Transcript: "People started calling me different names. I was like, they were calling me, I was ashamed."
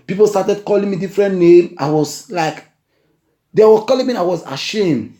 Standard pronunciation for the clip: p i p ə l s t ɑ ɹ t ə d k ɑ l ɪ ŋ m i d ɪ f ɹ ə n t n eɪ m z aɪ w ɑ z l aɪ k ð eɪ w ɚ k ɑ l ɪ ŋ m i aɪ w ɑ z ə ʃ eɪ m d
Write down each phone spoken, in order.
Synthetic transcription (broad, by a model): p i p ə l s t ɑ t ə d k ɑ l ɪ ŋ m i d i f ɹ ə n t n eɪ m aɪ w ɑ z l aɪ k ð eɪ w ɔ k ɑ l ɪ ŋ m i aɪ w ɑ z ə ʃ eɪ m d